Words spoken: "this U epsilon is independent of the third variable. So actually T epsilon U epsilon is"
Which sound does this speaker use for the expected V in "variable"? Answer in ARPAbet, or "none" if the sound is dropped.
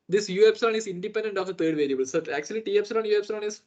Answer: V